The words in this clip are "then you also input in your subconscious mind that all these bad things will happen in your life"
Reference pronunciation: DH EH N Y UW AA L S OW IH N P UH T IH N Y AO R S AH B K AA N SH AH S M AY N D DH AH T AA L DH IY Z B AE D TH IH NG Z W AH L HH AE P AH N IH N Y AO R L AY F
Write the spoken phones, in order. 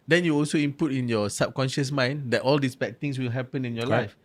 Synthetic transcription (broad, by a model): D EH N Y UW AA L S OW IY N P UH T IH N Y AO S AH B K AA N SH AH S M AY N D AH T AA L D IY S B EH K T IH NG S W AH L HH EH P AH N IH N Y AO L AY F